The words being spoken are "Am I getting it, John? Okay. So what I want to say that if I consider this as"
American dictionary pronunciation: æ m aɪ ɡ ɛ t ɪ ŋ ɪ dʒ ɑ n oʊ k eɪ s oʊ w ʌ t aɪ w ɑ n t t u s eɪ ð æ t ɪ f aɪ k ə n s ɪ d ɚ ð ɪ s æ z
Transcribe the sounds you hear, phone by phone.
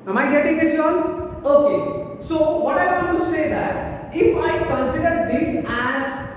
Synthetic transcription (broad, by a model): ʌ m aɪ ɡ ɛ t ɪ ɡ ɪ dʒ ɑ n oʊ k eɪ s oʊ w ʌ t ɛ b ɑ t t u s eɪ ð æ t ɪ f aɪ k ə n s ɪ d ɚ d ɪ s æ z